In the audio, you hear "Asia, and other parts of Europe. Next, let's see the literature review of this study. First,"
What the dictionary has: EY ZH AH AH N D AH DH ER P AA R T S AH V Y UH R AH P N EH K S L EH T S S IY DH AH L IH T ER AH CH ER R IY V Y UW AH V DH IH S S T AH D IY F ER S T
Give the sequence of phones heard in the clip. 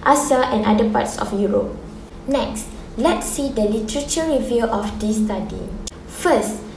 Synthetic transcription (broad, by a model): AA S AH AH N D AH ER P AA T S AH F Y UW R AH P N EH K S L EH T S S IY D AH L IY T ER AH CH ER R IY V Y UW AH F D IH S S T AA D IY F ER S T